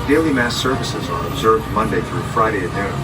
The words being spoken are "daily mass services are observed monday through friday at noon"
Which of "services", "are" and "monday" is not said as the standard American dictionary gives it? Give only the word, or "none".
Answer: none